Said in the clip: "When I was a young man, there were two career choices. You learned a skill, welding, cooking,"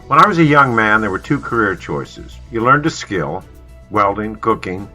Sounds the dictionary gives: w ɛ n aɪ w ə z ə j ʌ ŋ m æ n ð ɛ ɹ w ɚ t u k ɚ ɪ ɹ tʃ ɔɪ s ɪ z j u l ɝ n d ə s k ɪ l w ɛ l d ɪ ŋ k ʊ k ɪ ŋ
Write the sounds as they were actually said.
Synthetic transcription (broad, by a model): w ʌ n aɪ w ə z ə j ʌ ŋ m æ n ð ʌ ɹ w ɚ t u k ɚ ɪ ɹ tʃ ɔɪ s ɪ z j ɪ l ɝ n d ə s k ɪ l w ɛ l d ɪ ŋ k ʊ k ɪ ŋ